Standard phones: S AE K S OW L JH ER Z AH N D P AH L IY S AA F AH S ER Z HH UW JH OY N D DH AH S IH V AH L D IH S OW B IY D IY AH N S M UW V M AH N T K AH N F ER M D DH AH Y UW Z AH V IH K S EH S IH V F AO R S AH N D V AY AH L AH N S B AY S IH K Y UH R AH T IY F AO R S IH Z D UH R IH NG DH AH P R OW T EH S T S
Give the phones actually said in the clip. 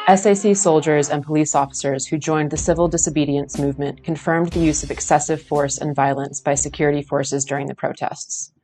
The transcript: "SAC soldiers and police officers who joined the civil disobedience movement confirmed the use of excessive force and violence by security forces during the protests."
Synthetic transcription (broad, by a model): S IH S S OW L JH ER Z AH N P AH L IY S AA F AH S ER Z HH UW JH OY N DH AH S IH V L D IH S OW B IY D IY AH N S M UW V M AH N K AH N F ER M DH AH Y UW Z AH V IH K S EH S IH V F AO R S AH N V AY AH L AH N S B AY S IH K Y UH R AH T IY F AO R S IH Z D UH R IH NG DH AH P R OW T EH S T S